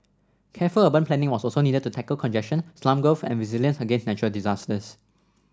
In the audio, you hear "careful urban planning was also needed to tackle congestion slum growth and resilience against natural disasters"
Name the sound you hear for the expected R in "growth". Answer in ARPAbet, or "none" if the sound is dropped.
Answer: none